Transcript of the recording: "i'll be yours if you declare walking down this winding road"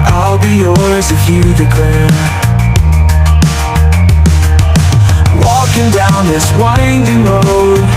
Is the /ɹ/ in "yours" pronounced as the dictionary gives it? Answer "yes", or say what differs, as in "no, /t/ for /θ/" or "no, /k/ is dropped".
no, /l/ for /ɹ/